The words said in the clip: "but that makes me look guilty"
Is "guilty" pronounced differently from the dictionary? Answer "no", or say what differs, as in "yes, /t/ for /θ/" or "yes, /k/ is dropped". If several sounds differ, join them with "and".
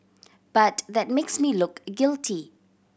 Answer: no